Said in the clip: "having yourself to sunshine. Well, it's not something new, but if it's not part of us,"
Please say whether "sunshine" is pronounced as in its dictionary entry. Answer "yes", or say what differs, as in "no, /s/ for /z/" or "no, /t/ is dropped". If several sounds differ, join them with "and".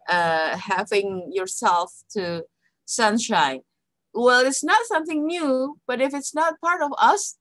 yes